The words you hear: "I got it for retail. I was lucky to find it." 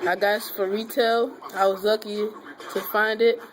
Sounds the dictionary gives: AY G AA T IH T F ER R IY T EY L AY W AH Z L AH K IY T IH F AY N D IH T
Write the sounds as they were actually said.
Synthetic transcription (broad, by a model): AY G AA IH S F ER R IY T EY L AY W AH Z L AH K IY T IH F AY N D IH T